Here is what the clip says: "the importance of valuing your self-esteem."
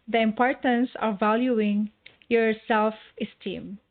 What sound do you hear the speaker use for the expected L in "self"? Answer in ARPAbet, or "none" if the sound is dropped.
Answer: L